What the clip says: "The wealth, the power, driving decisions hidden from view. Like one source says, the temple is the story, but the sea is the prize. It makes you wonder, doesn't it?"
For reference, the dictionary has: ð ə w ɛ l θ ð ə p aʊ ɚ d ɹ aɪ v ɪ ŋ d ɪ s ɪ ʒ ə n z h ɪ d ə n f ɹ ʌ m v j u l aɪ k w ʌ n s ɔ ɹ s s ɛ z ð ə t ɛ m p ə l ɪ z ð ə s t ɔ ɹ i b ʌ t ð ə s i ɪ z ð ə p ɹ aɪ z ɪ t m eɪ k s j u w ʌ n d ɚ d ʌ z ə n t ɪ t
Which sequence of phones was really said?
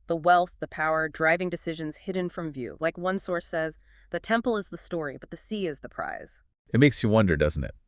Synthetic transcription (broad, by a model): ð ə w ɛ l θ ð ə p aʊ ɚ d ɹ aɪ v ɪ ŋ d ɪ s ɪ ʒ ə n z h ɪ d n f ɹ ʌ m v j u l aɪ k w ʌ n s ɔ ɹ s s ɛ z ð ə t ɛ m p l ɪ z ð ə s t ɔ ɹ i b ʌ t ð ə s i ɪ z ð ə p ɹ aɪ z ɪ t m eɪ k s j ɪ w ʌ n d ɚ d ʌ z n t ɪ t